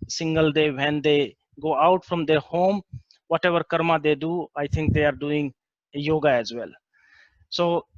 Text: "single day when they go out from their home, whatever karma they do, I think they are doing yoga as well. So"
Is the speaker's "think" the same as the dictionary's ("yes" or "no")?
no